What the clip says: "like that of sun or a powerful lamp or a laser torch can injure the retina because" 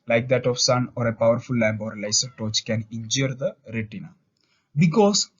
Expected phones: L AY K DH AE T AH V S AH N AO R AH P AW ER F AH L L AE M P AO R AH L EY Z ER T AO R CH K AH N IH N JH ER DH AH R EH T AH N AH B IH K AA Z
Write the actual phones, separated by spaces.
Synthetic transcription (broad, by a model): L AY K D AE T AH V S AH N AO R AH P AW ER F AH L L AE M B AO R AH L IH S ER T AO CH K AH N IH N JH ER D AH R EH T AH N AH B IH K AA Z